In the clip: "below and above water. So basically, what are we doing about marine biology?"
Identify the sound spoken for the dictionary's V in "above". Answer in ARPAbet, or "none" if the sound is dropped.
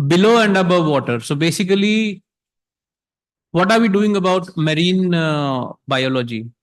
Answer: V